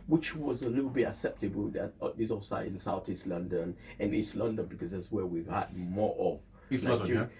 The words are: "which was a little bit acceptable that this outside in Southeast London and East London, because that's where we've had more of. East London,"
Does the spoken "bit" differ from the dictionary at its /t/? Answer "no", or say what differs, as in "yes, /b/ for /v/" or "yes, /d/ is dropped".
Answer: yes, /t/ is dropped